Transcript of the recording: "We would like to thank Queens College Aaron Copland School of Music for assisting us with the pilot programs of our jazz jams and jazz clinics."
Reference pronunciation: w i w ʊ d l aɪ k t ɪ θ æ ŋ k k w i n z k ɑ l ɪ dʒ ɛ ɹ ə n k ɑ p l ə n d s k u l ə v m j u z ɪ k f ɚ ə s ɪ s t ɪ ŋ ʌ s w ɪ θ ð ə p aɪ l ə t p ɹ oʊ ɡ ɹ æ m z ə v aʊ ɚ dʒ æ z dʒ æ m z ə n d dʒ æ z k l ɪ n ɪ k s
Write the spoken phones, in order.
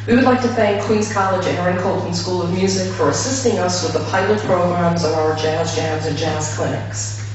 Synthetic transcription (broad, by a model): w i w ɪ d l aɪ k t ɪ θ æ ŋ k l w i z k ɑ l ɪ dʒ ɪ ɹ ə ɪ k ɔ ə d s k u l ə v m j u z ɪ k f ɚ ə s ɪ s t ɪ ŋ ʌ s w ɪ ð ə p aɪ l ə t p ɹ oʊ ɡ ɹ æ m z ə v aʊ ɚ dʒ æ z dʒ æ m z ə n dʒ æ z k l ɪ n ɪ k s